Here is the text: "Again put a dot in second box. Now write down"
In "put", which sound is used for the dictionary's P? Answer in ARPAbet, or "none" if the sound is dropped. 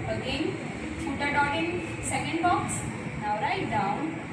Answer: F